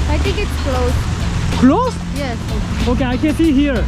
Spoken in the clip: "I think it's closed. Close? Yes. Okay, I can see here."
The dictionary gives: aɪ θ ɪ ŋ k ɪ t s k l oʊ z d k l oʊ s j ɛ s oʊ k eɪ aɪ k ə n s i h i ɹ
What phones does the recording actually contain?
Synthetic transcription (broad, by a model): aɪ t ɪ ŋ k ɪ t s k l oʊ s k l oʊ s j ɛ s oʊ k eɪ aɪ k ə n s i h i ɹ